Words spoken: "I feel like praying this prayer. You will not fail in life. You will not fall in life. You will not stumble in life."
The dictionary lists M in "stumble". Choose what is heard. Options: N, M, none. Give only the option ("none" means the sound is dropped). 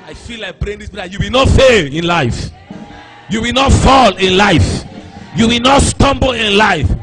M